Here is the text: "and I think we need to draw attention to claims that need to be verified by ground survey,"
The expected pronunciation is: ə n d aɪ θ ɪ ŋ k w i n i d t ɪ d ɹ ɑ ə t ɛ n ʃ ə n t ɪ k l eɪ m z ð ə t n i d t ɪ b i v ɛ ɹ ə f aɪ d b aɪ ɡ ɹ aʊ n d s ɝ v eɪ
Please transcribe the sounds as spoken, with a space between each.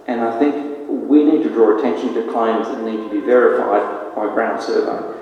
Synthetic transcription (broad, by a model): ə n aɪ θ ɪ ŋ k w i n i d t ɪ d ɹ ɑ ə t ɛ n ʃ ə n t ɪ k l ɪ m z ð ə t n i d t ɪ b i v ɛ ɹ ə f aɪ d b aɪ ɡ ɹ aʊ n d s ɝ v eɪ